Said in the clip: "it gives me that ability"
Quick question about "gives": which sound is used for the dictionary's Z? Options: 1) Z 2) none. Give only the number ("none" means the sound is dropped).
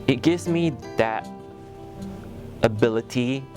1